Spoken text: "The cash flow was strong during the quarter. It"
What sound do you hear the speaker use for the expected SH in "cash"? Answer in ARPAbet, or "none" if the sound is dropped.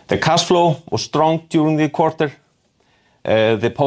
S